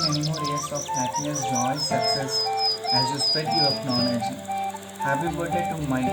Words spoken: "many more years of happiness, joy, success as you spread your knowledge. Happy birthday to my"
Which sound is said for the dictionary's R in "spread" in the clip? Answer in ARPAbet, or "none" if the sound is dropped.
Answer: none